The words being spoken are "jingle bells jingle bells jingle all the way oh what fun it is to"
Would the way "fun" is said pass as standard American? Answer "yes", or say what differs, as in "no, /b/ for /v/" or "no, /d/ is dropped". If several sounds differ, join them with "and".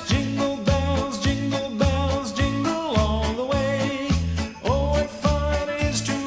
no, /n/ is dropped